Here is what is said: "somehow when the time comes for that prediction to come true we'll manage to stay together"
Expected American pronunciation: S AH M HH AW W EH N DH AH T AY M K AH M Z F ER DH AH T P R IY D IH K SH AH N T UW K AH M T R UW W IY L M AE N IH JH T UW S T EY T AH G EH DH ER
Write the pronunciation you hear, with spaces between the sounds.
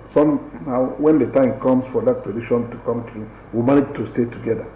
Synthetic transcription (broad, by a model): S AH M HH AW W EH N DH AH T AY M K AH M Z F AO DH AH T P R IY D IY SH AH N T UW K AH M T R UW W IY M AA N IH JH T UW S T EY T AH G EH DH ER